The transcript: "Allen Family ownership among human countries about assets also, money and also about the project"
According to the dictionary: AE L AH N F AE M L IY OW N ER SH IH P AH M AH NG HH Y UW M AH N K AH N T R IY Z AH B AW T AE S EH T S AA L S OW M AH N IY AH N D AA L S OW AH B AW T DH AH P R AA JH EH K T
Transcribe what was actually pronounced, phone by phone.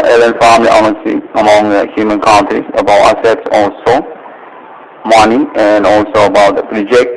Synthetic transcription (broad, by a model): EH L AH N F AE M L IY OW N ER S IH AH M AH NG HH Y UW M AH N K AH N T R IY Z AH B AW T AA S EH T S AA L S OW M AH N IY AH N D AA L S OW AH B AW T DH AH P R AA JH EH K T